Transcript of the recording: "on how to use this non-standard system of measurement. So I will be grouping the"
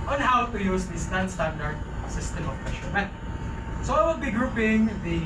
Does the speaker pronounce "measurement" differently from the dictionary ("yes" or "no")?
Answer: yes